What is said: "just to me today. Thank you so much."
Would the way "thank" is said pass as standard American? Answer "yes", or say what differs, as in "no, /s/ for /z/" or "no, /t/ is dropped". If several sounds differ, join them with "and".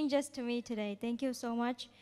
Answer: no, /t/ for /θ/